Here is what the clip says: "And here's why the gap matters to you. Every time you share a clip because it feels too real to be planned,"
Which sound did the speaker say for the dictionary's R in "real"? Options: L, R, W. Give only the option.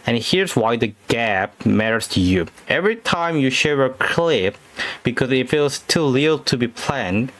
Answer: L